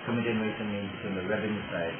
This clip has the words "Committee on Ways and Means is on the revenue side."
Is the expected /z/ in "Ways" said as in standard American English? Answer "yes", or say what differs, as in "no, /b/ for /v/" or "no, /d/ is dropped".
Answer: no, /s/ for /z/